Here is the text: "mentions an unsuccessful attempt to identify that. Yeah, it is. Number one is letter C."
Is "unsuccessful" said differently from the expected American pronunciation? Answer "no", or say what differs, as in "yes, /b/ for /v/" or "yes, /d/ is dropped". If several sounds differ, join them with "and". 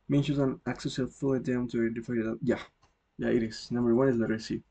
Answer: yes, /k/ is dropped and /s/ is dropped